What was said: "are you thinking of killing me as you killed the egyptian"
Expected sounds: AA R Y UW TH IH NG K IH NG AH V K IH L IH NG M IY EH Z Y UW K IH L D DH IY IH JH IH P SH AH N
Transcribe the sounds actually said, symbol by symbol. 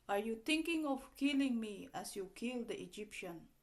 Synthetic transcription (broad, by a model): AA R Y UW T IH NG K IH NG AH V K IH L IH NG M IY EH S Y UW K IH L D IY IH JH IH P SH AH N